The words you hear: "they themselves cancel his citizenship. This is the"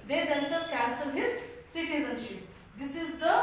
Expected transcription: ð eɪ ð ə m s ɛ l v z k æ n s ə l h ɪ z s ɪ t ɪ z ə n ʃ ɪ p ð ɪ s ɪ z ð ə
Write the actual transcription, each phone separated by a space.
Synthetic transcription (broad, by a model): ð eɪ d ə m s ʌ v k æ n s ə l h ɪ z s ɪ t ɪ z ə n ʃ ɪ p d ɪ s ɪ z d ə